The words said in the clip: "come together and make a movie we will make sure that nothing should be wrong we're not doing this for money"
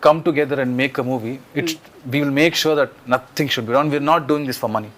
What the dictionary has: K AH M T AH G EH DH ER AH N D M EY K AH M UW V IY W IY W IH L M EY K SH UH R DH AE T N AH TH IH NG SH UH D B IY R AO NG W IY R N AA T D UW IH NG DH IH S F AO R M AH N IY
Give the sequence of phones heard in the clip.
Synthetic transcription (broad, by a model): K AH M T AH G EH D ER AH N D M EY K AH M UW V IY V IY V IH L M EY K SH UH R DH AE T N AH T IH NG SH UH D B IY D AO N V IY R N AA T D UW IH NG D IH S F AO R M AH N IY